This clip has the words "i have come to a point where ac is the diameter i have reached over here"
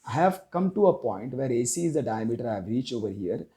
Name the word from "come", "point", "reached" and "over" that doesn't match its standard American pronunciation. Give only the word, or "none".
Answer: reached